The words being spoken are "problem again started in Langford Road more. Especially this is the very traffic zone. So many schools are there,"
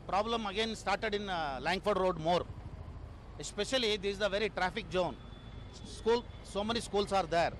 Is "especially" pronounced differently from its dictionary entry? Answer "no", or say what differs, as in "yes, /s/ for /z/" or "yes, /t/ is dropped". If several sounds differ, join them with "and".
yes, /l/ is dropped